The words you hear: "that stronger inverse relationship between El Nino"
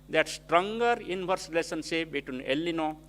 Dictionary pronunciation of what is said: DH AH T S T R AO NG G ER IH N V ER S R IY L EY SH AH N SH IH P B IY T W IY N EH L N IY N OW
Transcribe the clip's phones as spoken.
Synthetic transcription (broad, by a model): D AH T S T R AO NG G ER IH N B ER S R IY L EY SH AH N S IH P B IY T W IY N EH L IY N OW